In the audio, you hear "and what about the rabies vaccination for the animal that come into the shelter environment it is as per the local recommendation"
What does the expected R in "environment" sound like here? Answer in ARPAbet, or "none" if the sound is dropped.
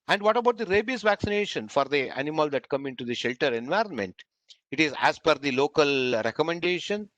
R